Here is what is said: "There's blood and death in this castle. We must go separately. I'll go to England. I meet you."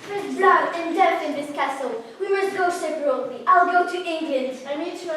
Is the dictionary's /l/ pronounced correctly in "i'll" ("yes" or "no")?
yes